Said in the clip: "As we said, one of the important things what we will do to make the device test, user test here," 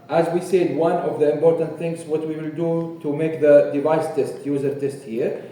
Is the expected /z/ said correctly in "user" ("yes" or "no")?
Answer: yes